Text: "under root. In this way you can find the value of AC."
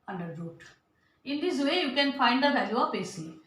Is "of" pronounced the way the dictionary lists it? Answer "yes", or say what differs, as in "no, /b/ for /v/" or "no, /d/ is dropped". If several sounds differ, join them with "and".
no, /p/ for /v/